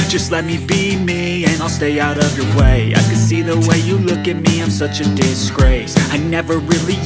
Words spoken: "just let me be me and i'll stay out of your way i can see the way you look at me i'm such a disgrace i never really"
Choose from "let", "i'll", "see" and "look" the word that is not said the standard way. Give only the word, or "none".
none